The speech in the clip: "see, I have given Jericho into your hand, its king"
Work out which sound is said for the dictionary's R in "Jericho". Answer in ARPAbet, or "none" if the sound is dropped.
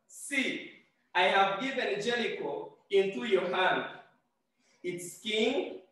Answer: L